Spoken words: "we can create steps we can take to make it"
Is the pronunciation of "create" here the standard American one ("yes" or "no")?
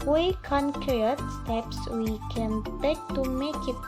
no